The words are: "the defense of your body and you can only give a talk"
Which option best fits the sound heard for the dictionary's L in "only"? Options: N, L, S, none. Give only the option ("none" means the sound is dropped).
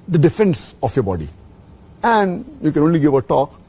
L